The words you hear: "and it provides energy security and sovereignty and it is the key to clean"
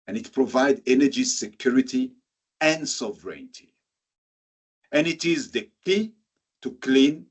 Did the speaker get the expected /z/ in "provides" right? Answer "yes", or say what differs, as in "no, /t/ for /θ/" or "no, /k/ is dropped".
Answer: no, /z/ is dropped